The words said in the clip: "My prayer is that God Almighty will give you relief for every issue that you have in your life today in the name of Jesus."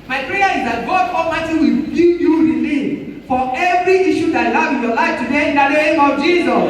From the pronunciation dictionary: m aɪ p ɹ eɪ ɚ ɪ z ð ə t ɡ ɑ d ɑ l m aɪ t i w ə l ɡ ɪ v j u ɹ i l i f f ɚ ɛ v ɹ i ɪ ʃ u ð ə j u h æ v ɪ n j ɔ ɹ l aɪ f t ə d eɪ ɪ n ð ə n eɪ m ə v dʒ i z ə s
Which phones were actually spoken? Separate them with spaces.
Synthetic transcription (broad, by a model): m aɪ p ɹ eɪ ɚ ɪ z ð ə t ɡ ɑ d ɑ m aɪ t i w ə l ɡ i p j u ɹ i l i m f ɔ ɛ v ɹ i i ʃ u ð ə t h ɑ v ɪ n j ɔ l aɪ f t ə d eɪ ɪ n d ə n eɪ m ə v dʒ i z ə s